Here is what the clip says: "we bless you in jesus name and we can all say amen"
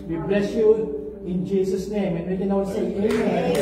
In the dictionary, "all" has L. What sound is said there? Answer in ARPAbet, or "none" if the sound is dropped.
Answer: W